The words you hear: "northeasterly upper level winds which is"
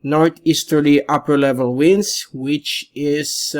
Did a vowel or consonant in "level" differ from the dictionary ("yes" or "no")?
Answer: no